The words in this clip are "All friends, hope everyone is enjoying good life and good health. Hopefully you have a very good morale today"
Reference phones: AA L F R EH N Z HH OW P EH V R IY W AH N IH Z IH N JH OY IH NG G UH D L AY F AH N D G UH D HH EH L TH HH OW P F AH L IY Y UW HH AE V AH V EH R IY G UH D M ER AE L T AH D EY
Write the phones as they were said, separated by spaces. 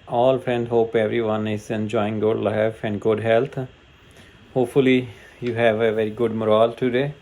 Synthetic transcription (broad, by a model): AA L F R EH N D HH OW P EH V R IY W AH N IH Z IH N JH OY IH NG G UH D L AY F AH N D G UH D HH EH L T HH OW P F AH L IY Y UW HH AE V AH V EH R IY G UH D M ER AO L T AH D EY